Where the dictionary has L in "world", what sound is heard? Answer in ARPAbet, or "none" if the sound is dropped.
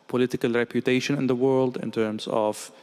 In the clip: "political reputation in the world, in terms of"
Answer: L